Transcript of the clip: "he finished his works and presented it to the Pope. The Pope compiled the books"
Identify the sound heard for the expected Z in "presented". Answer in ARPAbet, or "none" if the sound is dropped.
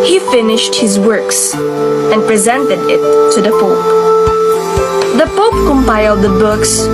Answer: Z